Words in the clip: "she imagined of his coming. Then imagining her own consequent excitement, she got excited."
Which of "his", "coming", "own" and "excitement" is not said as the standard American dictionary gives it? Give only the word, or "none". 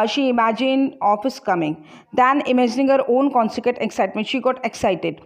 his